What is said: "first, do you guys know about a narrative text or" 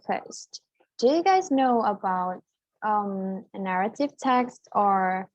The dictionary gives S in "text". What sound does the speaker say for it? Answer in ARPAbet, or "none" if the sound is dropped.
S